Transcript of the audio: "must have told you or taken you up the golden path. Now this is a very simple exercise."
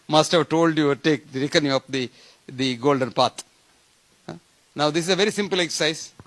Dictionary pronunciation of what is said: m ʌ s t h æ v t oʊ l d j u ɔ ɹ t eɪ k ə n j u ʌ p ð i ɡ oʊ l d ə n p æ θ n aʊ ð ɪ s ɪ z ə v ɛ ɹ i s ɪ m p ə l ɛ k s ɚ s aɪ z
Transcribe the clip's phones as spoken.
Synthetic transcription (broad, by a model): m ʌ s t h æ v t oʊ l d j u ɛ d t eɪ k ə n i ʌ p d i ɡ oʊ l d ə n p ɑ t n aʊ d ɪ s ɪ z ə v ɛ ɹ i s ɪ m p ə l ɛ k s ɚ s aɪ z